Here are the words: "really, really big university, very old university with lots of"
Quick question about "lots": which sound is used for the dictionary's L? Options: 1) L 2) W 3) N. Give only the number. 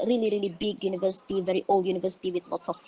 2